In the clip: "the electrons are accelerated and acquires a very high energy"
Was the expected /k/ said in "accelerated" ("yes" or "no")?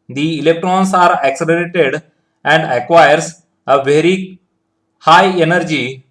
yes